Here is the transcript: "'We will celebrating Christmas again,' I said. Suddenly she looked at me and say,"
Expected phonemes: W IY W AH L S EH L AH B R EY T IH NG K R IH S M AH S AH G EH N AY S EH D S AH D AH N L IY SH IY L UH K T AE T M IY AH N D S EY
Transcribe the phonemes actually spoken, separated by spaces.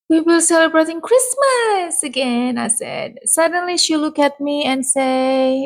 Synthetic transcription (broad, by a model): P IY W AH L S EH L AH B R EY T IH NG K R IH S M AH S AH G EH N AY S EH D S AH D AH N L IY SH IY L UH K AE T M IY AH N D S EY